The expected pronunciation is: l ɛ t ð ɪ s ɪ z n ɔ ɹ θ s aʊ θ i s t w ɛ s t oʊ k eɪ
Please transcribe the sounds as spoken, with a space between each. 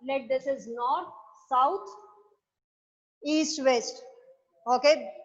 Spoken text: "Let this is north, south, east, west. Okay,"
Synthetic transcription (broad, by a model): l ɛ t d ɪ s ɪ z n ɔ ɹ t s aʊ t i s t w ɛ s t oʊ k eɪ